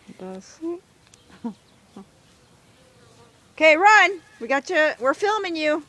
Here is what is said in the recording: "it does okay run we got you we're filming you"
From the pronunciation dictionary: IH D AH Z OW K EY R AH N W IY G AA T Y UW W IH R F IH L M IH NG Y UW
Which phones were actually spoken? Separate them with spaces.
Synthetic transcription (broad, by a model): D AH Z OW K EY R AH N W IY G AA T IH W IH R F IH L M IH NG Y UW